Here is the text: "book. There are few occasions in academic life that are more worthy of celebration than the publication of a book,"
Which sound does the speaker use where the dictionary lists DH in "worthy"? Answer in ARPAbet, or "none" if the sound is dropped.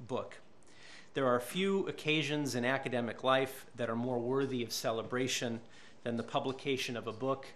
DH